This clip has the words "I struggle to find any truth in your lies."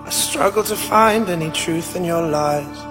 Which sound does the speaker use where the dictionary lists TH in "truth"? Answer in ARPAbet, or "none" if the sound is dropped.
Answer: TH